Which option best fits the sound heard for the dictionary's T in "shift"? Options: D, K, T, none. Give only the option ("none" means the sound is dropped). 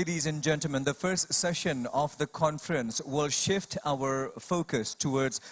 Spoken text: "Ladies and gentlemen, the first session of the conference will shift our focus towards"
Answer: T